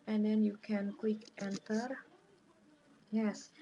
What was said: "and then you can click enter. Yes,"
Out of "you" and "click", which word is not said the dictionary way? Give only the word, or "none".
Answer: click